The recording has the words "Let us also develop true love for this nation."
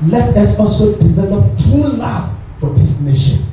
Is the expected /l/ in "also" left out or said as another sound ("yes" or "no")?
no